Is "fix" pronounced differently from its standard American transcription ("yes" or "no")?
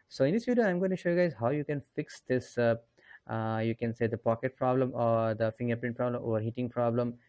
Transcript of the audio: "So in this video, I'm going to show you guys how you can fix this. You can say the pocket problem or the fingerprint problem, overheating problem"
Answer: no